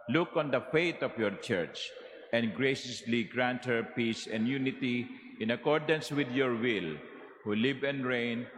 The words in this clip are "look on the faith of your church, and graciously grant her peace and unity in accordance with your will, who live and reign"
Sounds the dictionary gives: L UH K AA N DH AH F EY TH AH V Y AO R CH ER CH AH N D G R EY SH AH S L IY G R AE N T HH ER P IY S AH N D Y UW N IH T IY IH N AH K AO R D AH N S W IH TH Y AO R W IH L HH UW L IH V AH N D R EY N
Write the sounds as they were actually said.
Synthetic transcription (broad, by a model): L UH K AA N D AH F EY T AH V Y AO R CH ER CH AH N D G R EY SH AH S L IY G R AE N T HH ER P IY S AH N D Y UW N IH T IY IH N AH K AO R D AH N S W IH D Y AO R W IH L HH UW L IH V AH N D R EY N